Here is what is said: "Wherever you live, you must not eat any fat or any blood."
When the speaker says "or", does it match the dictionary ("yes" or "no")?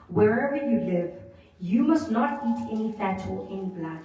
no